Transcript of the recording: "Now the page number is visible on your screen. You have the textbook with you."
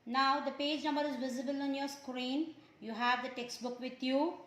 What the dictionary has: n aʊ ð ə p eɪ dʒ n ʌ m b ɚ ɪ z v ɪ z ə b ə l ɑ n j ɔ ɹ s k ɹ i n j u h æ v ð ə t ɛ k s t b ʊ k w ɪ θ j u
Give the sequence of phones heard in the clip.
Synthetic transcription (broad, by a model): n aʊ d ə p eɪ dʒ n ʌ m b ɚ ɪ z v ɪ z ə b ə l ɑ n j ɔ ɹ s k ɹ i n j u h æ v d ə t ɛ k s t b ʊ k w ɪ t j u